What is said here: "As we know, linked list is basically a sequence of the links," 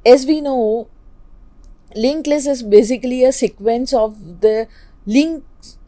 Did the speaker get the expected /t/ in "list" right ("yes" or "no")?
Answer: no